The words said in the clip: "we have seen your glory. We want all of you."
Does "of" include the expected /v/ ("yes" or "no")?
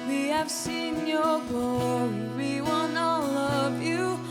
yes